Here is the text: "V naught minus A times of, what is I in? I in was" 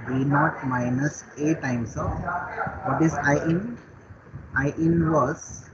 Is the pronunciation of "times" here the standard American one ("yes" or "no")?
no